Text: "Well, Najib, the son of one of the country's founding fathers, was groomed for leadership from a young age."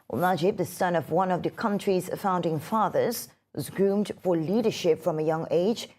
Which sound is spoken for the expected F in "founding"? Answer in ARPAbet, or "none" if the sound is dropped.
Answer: F